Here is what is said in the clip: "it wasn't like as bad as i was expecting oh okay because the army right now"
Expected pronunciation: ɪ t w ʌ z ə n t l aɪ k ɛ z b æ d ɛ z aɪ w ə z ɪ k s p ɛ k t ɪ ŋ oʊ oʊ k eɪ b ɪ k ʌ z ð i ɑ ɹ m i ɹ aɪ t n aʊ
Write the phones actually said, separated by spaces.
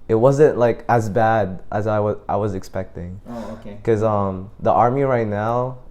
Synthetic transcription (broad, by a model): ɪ t w ʌ z ə n t l aɪ k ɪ z b æ d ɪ z aɪ w ə z ɪ k s p ɛ k t ɪ ŋ oʊ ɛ k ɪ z ʌ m ð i ɑ ɹ m i ɹ aɪ t n aʊ